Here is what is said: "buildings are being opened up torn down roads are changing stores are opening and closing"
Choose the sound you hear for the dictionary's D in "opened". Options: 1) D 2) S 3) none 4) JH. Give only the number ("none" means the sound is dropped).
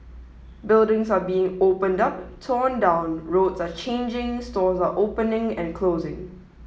1